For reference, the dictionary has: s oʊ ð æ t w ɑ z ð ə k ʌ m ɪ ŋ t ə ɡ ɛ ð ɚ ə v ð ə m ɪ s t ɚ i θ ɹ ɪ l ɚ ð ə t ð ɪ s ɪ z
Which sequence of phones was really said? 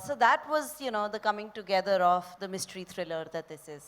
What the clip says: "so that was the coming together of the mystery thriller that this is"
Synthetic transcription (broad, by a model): s oʊ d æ t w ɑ z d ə k ʌ m ɪ ŋ t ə ɡ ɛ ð ɚ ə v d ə m ɪ s t ɚ i t ɹ ɪ l ɚ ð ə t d ɪ s ɪ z